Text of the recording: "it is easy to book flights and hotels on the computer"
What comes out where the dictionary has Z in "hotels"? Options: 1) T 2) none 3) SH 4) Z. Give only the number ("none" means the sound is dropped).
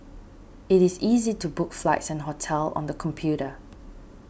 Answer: 2